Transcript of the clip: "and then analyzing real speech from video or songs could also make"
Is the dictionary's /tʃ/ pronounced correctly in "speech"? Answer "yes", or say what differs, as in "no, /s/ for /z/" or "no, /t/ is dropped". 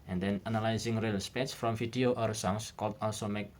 no, /s/ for /tʃ/